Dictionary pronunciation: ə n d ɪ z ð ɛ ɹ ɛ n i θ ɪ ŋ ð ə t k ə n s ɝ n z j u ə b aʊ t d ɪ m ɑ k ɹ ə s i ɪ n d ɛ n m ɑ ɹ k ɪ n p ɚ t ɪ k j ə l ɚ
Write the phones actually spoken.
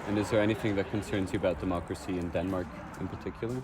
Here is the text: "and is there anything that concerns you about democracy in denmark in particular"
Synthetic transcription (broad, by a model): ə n ɪ z ð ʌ ɹ ɛ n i θ ɪ ŋ ð ə t k ə n s ɝ n z j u ə b aʊ t d ɪ m ɑ k ɹ ə s i ɪ n d ɛ n m ɑ ɹ k ɪ n p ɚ t ɪ k j l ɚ